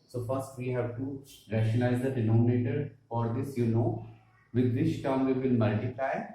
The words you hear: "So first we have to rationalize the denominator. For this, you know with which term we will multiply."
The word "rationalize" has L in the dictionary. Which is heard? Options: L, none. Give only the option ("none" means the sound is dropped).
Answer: none